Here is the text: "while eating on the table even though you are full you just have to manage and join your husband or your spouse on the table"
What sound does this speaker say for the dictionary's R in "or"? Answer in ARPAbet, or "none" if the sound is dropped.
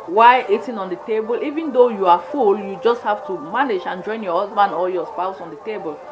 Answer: L